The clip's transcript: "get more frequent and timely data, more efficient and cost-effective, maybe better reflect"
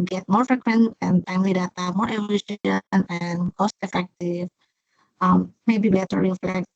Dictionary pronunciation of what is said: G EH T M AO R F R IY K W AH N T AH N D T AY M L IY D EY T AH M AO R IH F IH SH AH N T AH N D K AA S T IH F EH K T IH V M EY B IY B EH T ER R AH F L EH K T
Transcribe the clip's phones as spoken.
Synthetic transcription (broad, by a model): G EH T M AO R F R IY K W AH N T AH N T AY M L IY D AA T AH M AO R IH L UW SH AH N AH N K AA S T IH F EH K T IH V M EY B IY B EH T ER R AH F L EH K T